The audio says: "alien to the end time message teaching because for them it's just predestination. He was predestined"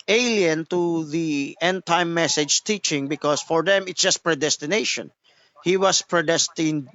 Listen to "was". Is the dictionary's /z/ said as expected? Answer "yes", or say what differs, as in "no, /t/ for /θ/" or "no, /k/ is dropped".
no, /s/ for /z/